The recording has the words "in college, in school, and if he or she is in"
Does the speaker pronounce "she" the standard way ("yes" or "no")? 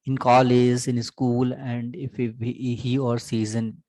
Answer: no